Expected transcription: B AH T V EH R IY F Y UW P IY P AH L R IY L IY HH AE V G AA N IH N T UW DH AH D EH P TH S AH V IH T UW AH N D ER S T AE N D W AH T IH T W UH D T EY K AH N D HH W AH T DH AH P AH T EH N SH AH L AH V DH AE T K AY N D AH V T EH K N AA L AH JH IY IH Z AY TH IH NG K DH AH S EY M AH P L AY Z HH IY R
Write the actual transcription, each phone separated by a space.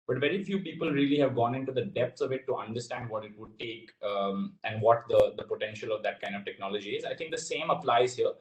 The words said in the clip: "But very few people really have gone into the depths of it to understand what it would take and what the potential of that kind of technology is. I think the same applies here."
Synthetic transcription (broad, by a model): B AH T V EH R IY F Y UW P IY P AH L R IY L IY HH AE V G AA N IH N T UW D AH D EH P T S AH V IH T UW AH N D ER S T AE N D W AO T IH T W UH D T EY K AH N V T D AH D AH P AH T EH N SH AH L AH V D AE T K AY N D AH V T EH K N AA L AH JH IY IH Z AY T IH NG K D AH S EY M AH P L AY Z HH IY R